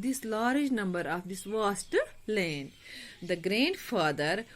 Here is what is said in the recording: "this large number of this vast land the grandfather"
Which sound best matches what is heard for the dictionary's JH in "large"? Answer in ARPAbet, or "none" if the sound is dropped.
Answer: JH